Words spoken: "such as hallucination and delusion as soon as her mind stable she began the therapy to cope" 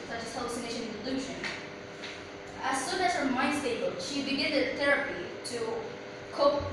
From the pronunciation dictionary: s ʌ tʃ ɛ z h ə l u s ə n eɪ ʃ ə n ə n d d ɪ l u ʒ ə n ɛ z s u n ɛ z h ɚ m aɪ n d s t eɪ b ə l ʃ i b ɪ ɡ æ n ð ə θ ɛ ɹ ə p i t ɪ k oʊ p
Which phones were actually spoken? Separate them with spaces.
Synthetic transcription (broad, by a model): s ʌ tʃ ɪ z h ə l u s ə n eɪ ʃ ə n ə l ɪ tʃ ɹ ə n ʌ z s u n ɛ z h ɚ m aɪ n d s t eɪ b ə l ʃ i b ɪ ɡ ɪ n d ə θ ɛ ɹ ə p i t ɪ k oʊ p